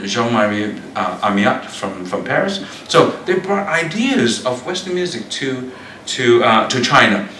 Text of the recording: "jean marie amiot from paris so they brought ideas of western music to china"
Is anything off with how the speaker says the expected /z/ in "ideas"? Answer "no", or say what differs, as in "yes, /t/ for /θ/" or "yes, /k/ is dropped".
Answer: no